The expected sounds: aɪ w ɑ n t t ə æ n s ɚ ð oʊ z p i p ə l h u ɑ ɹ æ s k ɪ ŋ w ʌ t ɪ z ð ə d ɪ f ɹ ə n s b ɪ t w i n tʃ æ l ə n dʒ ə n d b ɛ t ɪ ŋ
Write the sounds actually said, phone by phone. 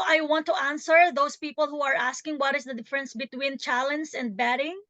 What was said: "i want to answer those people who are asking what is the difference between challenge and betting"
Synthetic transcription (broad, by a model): aɪ w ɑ n t t ə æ n s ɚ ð oʊ s p i p ə l h u ɑ ɹ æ s k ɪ ŋ w ʌ t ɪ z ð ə d ɪ f ɹ ə n s b ɪ t w i n tʃ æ l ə n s ə n d b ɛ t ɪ ŋ